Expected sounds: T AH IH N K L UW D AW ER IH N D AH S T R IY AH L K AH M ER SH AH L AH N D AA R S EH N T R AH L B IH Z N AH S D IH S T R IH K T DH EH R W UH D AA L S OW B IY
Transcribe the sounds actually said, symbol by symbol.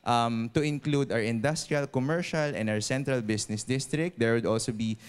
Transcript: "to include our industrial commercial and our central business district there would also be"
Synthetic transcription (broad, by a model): T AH IH N K L UW D AW ER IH N D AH S T R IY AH L K AH M ER SH AH L AH N D AA R S EH N T R AH L B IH S N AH S D IH S T R IH K T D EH R W UH D AA L S OW B IY